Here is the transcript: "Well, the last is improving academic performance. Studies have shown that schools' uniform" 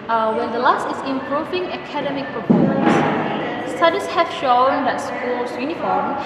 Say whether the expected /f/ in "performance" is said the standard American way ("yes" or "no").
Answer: no